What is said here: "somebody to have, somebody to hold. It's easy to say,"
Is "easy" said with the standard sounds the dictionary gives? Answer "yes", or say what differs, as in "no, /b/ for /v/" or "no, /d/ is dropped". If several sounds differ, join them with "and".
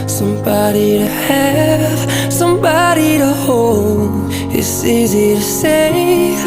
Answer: yes